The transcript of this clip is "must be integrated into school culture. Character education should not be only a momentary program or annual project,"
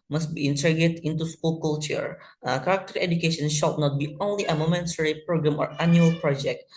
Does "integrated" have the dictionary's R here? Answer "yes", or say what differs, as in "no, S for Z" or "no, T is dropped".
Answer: no, R is dropped